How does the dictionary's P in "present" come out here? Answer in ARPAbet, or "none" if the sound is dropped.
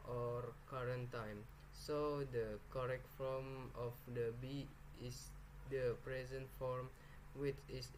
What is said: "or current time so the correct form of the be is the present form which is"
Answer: P